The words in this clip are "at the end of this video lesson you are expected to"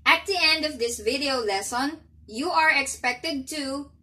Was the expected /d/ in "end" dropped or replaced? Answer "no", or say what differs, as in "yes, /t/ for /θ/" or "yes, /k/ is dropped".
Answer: no